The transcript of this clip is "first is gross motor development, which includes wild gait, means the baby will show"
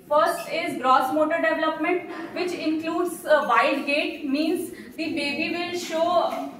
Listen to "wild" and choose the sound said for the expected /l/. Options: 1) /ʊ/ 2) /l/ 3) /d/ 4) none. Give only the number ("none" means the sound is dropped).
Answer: 4